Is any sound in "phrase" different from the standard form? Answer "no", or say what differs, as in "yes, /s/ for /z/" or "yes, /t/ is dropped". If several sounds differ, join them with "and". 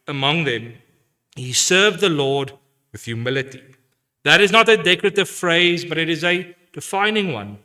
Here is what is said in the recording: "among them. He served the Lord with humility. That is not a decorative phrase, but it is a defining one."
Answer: no